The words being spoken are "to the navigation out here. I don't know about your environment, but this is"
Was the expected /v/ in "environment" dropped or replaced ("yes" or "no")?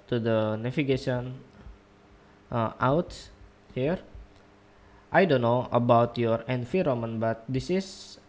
yes